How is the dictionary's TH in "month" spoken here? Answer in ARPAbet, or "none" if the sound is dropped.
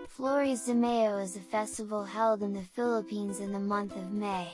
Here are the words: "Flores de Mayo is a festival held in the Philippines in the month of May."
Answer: TH